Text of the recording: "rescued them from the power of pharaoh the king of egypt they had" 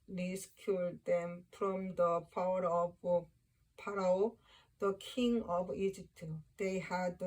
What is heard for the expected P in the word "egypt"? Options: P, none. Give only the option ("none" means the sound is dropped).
P